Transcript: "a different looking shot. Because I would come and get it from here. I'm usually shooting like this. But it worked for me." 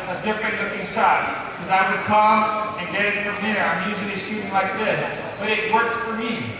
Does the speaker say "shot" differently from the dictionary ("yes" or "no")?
yes